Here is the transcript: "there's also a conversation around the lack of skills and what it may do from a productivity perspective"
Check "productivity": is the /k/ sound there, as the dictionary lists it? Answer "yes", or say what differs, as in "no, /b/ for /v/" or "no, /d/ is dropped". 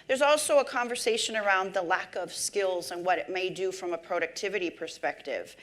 yes